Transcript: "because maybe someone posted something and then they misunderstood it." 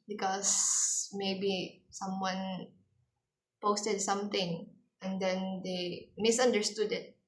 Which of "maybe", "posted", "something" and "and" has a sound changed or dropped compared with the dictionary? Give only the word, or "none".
something